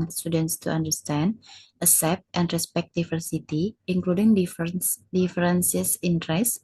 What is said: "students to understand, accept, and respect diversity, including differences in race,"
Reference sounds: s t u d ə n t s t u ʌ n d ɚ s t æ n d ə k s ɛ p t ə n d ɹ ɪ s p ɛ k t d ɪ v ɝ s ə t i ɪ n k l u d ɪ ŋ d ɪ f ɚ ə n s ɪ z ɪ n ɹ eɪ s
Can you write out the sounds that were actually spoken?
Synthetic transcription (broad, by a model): s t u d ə n t s t u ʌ n d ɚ s t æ n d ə s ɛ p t ə n d ɹ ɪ s p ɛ k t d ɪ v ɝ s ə t i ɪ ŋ k l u d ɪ ŋ d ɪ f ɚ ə n s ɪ s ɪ n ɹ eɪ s